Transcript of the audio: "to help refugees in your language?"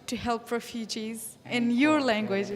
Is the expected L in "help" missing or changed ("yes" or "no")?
no